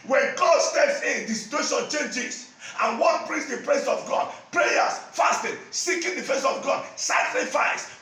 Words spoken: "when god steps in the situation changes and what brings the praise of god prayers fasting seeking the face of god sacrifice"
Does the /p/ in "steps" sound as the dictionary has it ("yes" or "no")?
yes